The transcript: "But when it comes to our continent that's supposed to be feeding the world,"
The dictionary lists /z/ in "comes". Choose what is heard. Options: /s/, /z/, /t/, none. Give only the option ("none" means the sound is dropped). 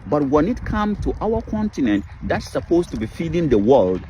none